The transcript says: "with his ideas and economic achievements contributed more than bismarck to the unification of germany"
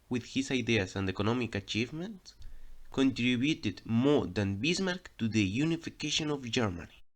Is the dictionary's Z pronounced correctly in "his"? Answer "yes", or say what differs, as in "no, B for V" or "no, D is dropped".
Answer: no, S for Z